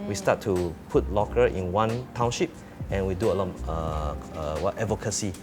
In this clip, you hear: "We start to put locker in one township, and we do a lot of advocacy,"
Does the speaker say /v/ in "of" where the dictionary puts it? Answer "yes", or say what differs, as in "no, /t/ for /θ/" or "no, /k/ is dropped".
no, /w/ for /v/